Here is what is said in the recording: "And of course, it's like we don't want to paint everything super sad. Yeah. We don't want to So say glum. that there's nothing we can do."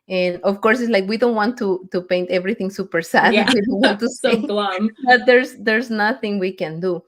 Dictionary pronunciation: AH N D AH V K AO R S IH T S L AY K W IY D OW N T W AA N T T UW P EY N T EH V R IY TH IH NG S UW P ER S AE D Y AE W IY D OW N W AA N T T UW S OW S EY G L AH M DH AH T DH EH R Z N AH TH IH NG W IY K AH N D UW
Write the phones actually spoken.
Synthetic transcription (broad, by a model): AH N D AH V K AO R S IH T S L AY K W IY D OW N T W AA N T T UW P EY N T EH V R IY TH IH NG S UW P ER S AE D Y W IY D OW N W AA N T T UW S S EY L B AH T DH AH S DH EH R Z N AH TH IH NG W IY K AH N D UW